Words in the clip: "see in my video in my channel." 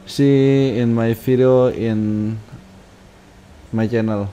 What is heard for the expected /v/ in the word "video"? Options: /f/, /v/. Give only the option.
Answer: /f/